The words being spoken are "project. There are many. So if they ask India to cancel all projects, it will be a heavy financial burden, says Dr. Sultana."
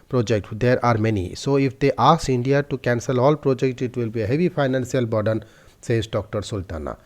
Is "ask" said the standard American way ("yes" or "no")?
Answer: no